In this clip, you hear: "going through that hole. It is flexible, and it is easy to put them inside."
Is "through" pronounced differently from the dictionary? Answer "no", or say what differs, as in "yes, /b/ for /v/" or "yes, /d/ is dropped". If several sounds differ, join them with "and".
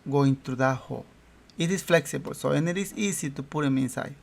yes, /t/ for /θ/